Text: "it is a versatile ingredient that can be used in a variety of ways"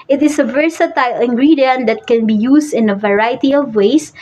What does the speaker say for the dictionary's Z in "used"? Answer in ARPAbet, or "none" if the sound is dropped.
S